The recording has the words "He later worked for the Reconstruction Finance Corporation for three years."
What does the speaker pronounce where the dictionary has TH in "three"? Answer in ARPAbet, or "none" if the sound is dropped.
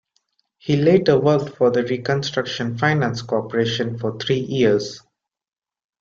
T